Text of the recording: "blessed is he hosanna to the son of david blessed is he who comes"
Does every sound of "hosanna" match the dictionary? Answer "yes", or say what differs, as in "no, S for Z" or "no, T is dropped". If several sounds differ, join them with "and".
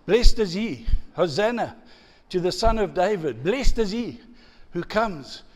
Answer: yes